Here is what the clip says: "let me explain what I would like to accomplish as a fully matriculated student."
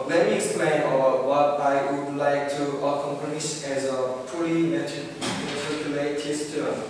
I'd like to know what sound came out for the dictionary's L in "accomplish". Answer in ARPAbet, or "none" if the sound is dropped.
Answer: N